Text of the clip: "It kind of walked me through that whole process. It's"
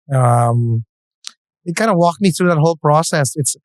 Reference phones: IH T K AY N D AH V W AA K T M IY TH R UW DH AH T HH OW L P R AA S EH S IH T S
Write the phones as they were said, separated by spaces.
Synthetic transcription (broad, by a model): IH T K AY N D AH W AA K T M IY TH R UW DH AH T HH OW L P R AA S EH S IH T S